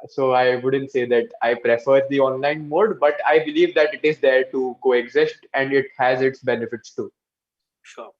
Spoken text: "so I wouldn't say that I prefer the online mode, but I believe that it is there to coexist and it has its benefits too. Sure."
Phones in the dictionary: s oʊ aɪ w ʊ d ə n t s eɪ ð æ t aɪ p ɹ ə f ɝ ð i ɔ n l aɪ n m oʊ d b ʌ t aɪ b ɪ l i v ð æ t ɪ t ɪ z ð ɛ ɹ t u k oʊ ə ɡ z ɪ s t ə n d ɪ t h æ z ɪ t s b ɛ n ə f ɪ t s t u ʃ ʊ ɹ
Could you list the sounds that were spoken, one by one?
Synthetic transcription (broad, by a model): s oʊ aɪ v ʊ d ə n t s eɪ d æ t aɪ p ɹ ə f ɝ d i ɔ n l aɪ n m oʊ d b ʌ t aɪ b ɪ l i v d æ t ɪ t ɪ z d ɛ ɹ t u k oʊ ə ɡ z ɪ s t ə n d ɪ t h æ z ɪ t s b ɛ n ə f ɪ t s t u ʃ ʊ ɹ